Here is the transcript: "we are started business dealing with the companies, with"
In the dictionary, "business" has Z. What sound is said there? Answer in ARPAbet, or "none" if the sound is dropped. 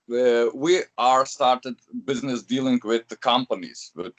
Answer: Z